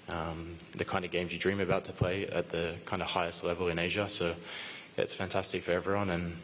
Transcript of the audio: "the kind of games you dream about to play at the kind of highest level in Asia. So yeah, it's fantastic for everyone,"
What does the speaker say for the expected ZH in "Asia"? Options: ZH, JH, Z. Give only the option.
ZH